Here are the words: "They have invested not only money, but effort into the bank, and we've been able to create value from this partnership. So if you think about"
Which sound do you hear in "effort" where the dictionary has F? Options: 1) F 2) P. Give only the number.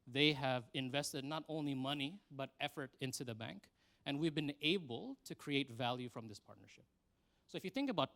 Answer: 1